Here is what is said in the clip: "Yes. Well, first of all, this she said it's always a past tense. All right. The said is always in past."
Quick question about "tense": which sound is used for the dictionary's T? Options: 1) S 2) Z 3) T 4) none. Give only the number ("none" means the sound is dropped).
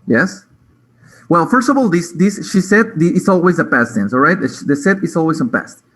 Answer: 1